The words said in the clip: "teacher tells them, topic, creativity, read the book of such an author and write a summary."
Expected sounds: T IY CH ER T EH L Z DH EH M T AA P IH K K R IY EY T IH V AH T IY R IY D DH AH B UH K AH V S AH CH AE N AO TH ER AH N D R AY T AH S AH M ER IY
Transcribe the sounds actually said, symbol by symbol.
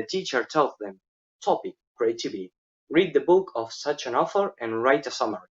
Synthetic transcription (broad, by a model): T IY CH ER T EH L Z DH EH M T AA P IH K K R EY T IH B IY R IY D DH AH B UH K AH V S AH CH AE N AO F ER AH N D R AY T AH S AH M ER